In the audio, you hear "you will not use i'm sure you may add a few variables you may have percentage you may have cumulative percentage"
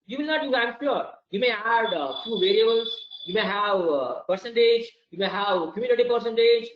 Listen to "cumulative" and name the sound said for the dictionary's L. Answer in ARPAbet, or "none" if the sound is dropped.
N